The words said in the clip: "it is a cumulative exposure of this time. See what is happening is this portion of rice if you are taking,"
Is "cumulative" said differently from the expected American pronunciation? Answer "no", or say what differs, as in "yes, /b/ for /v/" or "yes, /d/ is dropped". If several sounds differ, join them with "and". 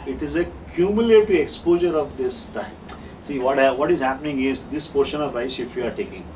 yes, /v/ is dropped